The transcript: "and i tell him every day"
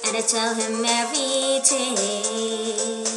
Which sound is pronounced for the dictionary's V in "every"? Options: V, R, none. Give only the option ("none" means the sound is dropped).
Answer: none